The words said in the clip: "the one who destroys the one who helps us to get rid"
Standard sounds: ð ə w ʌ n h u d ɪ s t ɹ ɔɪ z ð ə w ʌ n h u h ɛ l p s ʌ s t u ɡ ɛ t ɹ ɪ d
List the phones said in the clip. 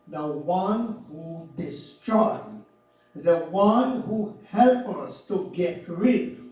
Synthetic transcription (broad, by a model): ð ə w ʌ n h u d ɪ s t ɹ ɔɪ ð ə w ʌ n h u h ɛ l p ʌ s t u ɡ ɛ t ɹ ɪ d